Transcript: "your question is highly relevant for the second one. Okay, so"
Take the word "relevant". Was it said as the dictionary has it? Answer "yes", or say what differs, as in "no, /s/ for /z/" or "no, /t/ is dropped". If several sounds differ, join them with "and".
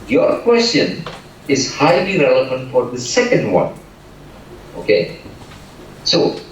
yes